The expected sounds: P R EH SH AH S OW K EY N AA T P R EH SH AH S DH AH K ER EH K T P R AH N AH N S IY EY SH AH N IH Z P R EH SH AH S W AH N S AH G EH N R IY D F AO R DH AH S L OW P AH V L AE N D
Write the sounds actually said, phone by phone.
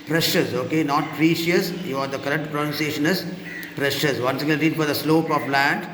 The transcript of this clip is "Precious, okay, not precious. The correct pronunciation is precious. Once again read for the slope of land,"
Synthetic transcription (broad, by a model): P R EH SH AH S OW K EY N AA T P R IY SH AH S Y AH K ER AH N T P R AH N AH N S IY EY SH AH N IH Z P R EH SH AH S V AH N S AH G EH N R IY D F AO R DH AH S L OW P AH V L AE N D